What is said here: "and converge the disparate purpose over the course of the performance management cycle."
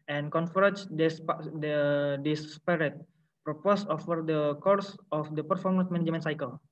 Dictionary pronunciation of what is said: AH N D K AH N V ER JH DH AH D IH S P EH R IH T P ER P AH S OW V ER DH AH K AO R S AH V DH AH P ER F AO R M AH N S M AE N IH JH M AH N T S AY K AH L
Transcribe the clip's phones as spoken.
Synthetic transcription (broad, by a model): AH N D K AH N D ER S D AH D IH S P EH R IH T P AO P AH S OW F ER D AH K AO R S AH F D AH P ER F AO R M AH N S M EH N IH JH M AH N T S AY K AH L